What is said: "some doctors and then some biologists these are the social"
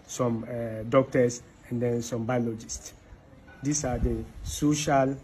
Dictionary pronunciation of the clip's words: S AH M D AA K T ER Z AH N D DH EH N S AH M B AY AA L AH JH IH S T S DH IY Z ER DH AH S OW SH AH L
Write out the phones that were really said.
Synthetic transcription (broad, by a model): S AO M D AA K T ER S AH N D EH N S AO M B AY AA L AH JH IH S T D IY S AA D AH S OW SH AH L